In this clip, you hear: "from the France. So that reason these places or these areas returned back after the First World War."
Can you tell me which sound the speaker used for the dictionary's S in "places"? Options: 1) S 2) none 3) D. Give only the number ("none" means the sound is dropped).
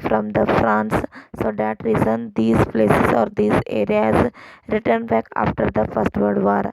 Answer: 1